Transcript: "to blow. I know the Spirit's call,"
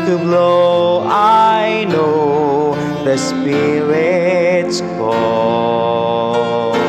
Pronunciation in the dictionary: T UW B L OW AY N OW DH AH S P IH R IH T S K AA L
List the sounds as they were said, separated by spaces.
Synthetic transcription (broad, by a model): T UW B L OW AY N OW DH AH S P IH R IH T S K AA